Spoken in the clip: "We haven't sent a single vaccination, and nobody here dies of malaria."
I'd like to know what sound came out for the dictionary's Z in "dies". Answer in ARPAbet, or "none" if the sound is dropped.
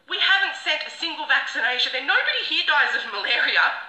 Z